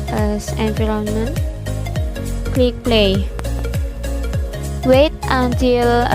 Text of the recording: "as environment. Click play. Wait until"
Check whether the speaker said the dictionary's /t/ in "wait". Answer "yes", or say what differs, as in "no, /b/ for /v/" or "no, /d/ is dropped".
yes